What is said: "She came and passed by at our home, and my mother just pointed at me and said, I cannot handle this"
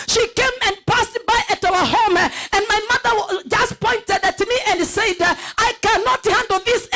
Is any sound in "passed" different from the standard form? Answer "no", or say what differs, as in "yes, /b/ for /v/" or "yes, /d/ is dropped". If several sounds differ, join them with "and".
no